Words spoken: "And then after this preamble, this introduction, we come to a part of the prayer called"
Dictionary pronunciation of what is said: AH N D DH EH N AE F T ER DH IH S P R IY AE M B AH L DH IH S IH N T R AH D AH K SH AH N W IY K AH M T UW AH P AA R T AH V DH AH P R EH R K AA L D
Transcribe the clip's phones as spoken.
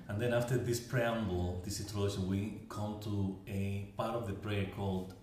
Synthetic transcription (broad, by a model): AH N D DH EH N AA F T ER DH IH S P R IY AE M B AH L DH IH S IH T AH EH SH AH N W IY K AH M T UW AH P AA R T AH V DH AH P R EH R K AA L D